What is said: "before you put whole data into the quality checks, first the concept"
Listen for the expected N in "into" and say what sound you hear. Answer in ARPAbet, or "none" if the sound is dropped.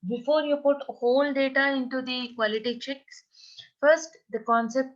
N